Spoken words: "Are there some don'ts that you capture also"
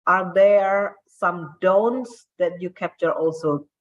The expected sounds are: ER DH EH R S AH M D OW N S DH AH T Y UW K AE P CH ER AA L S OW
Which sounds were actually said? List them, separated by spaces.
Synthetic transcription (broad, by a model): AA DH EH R S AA M D OW N S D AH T Y UW K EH P CH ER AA L S OW